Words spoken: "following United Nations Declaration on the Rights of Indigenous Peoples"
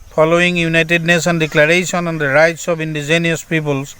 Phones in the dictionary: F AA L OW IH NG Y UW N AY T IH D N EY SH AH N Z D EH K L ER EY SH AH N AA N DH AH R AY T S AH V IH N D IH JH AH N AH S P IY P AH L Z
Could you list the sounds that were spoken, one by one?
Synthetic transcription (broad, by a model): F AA L OW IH NG Y UW N AY T IH D N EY S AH N D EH K L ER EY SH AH N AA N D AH R AY T S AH B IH N D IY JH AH N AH S P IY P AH L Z